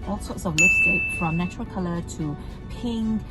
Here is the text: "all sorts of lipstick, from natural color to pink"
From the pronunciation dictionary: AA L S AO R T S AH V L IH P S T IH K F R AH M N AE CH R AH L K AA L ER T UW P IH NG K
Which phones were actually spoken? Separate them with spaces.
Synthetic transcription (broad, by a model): AA L S AO T S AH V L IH S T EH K F R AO M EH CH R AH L K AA L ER T UW P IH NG